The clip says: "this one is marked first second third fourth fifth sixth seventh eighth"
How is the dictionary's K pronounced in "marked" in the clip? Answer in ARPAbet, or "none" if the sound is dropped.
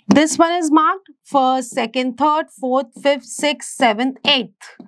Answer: K